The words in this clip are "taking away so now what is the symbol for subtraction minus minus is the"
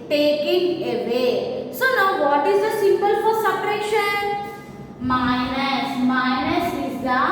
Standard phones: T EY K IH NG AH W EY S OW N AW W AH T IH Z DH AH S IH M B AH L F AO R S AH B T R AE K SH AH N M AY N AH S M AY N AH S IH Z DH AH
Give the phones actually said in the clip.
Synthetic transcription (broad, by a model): T EY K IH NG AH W EY S OW N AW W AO T IH Z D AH S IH M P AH L F AO R S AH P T R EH SH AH N M AY N AH S M AY N AH S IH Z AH